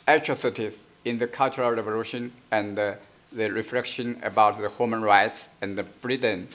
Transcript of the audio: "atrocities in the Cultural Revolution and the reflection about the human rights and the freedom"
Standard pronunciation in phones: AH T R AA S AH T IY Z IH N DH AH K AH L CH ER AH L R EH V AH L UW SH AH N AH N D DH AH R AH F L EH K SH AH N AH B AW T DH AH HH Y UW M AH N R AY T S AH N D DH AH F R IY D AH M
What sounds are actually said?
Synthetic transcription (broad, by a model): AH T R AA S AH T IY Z IH N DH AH K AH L CH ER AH L R EH V AH L UW SH AH N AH N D DH AH R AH F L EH K SH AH N AH B AW T DH AH HH Y UW M AH N R AY T S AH N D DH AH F R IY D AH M